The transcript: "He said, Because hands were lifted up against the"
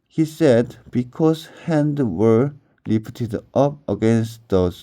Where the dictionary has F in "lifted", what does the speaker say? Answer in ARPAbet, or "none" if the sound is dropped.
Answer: P